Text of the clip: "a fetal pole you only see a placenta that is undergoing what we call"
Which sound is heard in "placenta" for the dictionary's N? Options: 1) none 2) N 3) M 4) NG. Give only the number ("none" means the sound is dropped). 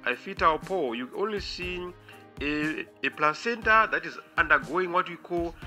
2